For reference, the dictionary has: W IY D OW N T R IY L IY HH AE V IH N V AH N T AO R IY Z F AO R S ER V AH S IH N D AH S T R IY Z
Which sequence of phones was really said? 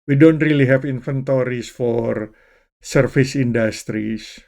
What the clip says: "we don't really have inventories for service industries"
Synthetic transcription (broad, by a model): W IY D OW N T R IY L IY HH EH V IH N F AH N T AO R IY S F AO R S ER F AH S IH N D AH S T R IY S